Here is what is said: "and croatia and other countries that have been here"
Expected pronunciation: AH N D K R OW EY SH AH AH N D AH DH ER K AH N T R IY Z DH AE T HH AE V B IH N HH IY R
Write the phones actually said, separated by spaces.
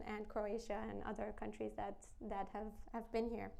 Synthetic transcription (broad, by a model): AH N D K R OW EY SH AH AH N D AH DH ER K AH N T R IY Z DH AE T HH AE V B IH N HH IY R